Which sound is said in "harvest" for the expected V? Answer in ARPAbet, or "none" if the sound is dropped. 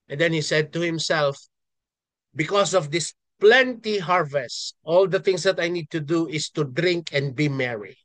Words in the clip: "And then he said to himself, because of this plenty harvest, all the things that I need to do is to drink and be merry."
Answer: V